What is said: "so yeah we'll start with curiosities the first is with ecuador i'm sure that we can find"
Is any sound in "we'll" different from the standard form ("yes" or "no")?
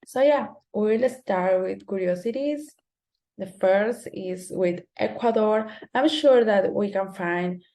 no